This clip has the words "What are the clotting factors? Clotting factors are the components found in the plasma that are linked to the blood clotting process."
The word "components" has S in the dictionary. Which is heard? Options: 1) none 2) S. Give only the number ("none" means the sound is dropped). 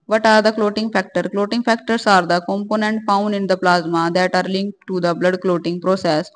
1